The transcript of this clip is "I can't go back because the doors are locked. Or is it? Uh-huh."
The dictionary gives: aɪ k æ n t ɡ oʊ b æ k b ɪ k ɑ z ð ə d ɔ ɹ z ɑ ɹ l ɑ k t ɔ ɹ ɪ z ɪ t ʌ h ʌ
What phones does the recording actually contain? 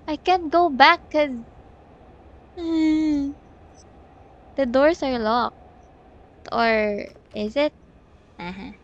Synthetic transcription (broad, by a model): aɪ k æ n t ɡ oʊ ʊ b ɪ k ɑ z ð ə d ɔ ɹ s ɑ ɹ l ɑ k t ɔ ɹ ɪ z ɪ t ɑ h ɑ